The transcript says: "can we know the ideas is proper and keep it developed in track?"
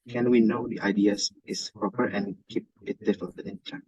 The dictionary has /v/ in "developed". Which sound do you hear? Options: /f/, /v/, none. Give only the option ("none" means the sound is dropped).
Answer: /f/